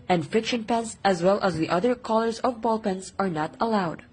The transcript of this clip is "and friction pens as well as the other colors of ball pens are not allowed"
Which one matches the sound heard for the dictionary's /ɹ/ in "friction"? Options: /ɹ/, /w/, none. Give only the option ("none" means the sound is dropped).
none